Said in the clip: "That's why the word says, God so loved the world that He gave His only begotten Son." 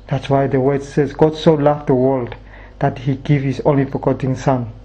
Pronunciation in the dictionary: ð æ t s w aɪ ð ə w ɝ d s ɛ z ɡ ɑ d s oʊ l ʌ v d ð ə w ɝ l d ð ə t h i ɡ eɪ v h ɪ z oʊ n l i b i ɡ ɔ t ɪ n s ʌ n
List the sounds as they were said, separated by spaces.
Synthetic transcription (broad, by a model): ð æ t s w aɪ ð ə w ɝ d s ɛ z ɡ ɑ d s oʊ l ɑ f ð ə w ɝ l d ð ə t h i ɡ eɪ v h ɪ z oʊ n l i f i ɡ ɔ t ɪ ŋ s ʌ n